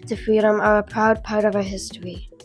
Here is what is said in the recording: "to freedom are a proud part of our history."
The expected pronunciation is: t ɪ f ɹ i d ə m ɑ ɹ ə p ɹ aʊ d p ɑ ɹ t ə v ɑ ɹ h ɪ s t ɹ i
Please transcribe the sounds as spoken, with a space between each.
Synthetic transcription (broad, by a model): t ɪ f ɹ i d ə m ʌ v ə p ɹ aʊ d p ɑ ɹ t ə v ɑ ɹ h ɪ s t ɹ i